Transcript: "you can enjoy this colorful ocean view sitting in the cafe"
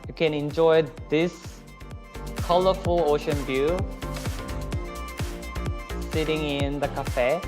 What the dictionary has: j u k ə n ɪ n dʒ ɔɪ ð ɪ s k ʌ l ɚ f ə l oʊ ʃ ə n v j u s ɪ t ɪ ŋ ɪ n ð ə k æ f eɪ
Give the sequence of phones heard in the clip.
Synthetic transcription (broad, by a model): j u k ə n ɪ n dʒ ɔɪ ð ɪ s k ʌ l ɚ f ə l oʊ ʃ ə n b j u s ɪ t ɪ ŋ ɪ n ð ə k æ f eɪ